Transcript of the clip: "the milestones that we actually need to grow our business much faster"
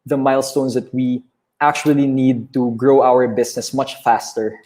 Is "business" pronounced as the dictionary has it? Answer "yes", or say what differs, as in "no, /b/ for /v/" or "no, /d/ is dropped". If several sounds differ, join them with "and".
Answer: no, /s/ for /z/